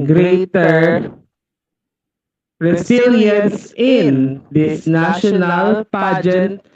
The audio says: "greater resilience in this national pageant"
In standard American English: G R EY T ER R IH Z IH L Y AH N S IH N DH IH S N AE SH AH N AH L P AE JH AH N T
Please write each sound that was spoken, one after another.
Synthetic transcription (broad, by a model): G R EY T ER R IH S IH L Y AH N S IH N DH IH S N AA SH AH N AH L P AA JH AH N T